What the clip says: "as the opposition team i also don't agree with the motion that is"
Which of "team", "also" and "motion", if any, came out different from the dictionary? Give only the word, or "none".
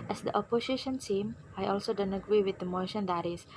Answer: team